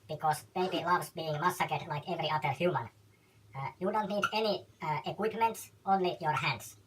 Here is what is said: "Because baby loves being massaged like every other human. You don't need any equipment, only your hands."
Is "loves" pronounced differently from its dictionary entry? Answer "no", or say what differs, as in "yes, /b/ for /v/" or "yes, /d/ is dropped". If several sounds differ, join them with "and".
yes, /s/ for /z/